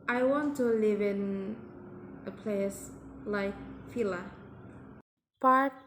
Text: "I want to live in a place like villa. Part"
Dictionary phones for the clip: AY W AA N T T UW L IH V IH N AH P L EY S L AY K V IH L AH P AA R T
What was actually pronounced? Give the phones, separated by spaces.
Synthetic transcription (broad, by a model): AY W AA N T T UW L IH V IH N AH P L EY S L AY K F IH L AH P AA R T